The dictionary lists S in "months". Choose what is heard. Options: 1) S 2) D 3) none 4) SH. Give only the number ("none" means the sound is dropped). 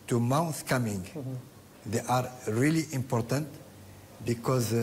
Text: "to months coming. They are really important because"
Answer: 3